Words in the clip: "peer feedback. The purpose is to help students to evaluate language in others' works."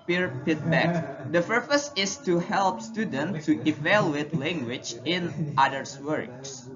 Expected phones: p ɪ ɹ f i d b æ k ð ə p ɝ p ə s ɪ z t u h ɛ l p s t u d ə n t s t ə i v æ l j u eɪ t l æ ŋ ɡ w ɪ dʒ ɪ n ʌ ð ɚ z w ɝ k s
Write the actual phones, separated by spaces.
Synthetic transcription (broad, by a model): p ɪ ɹ p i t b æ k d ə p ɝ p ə s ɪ s t u h ɛ l p s t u d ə n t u t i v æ l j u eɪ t l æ ŋ ɡ w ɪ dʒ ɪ n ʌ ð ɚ s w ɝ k s